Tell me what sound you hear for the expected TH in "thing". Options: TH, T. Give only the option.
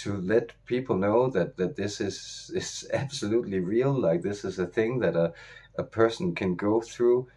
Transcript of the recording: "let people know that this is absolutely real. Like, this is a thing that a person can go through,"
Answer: TH